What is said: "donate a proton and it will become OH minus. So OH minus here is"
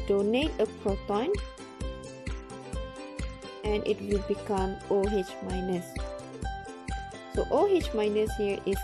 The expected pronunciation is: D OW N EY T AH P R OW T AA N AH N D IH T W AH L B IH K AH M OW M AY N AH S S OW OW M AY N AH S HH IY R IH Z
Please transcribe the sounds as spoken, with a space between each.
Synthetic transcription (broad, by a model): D OW N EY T AH P R OW T AA N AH N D IH T W AH L B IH K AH M OW M AY N AH S S OW OW M AY N AH S HH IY R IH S